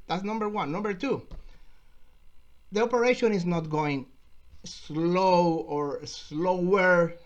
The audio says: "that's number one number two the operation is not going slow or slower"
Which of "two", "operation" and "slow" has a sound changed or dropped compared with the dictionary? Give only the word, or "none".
none